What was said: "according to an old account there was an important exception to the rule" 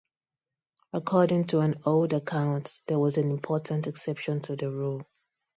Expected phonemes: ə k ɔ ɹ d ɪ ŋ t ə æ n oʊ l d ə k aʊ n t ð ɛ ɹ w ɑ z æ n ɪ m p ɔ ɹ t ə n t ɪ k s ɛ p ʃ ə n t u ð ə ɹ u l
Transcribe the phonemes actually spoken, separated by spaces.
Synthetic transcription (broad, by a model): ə k ɔ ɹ d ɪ ŋ t ə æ n oʊ l d ə k aʊ n t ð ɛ w ɑ z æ n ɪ m p ɔ t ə n t ɪ k s ɛ p ʃ ə n t u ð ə ɹ u l